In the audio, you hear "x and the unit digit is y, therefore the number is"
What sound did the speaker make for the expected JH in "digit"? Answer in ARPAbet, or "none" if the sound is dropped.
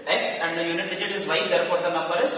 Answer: JH